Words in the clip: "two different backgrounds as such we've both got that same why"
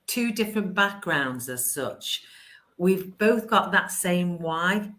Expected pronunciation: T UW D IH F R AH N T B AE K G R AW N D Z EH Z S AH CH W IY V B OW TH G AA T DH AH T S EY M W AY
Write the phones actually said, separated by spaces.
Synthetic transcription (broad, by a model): T UW D IH F R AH N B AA K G R AW N D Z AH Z S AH CH W IY V B OW TH G AA T DH AH T S EY M W AY